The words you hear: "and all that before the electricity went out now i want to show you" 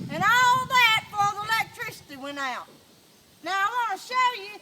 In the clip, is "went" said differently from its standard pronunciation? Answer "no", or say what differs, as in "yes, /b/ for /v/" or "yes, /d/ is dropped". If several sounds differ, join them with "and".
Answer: yes, /t/ is dropped